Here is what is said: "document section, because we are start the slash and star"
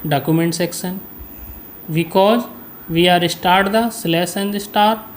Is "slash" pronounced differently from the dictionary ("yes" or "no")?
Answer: yes